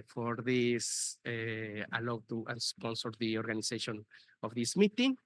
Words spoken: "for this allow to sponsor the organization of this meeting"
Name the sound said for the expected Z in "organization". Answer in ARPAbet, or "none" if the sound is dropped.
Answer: S